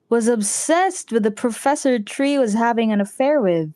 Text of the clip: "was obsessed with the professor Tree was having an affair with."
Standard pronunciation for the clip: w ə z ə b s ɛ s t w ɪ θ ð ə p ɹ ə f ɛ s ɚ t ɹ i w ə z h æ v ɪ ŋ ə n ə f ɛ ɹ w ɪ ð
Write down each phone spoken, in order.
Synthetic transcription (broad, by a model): w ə z ə b s ɛ s t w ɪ ð ə p ɹ ə f ɛ s ɚ t ɹ i w ə z h æ v ɪ ŋ ə n ə f ɛ ɹ w ɪ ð